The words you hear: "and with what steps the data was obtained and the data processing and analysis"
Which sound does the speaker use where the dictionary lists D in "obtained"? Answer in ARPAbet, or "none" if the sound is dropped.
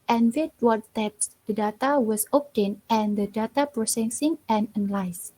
none